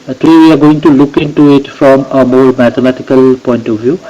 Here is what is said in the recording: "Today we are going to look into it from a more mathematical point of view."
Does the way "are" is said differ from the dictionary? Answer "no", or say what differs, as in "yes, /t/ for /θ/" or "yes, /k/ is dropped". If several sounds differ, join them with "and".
no